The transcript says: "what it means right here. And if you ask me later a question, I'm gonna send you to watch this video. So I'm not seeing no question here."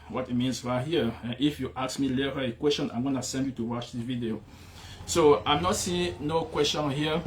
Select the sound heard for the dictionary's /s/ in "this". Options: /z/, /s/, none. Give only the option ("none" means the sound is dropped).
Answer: none